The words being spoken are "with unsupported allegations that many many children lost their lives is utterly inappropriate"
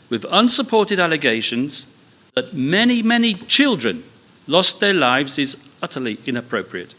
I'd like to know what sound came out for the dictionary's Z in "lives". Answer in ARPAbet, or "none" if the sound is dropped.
Z